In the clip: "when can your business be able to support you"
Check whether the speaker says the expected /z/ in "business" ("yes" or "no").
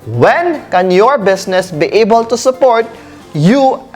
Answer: no